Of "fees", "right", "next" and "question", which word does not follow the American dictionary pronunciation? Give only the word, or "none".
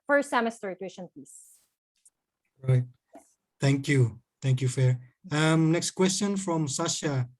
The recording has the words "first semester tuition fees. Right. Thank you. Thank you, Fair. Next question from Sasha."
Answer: fees